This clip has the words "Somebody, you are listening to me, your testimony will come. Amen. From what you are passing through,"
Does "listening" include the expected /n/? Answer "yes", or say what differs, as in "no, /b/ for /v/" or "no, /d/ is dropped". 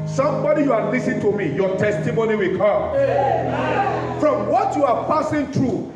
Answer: no, /n/ is dropped